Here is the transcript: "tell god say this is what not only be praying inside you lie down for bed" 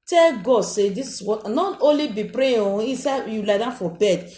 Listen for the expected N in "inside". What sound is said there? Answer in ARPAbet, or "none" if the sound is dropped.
none